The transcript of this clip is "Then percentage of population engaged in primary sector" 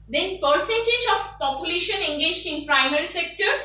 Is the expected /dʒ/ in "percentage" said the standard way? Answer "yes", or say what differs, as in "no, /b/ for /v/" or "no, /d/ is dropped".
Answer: yes